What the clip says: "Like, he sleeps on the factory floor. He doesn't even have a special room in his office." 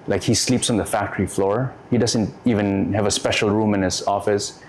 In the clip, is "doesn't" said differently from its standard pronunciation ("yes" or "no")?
no